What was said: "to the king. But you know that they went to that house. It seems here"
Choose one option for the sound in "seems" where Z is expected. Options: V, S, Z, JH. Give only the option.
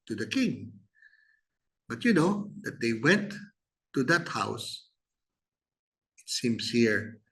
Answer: S